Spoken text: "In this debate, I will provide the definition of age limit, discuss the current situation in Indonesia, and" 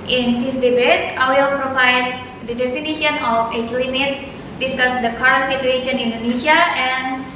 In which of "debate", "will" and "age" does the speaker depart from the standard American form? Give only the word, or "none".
age